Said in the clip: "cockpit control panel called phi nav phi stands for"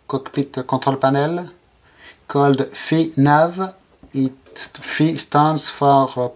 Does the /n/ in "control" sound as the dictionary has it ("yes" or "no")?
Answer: no